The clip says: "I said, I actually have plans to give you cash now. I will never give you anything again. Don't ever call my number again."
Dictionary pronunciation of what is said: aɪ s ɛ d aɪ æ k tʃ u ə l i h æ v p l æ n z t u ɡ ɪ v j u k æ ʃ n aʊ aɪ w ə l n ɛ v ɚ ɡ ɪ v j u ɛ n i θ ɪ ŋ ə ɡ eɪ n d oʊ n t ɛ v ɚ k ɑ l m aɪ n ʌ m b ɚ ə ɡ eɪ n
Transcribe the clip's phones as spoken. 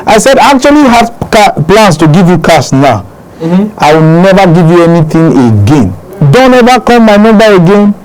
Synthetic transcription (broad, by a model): aɪ s ɛ d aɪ k tʃ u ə l i h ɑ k p l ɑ n s t u ɡ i v j u k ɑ s n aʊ aɪ w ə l n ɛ v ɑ ɡ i v j u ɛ n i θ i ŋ ə ɡ eɪ n d oʊ n t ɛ v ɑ k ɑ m m aɪ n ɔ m b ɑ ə ɡ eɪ n